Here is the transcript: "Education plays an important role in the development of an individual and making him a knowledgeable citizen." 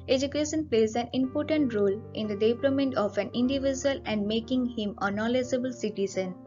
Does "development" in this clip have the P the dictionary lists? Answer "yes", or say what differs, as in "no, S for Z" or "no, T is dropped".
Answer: no, P is dropped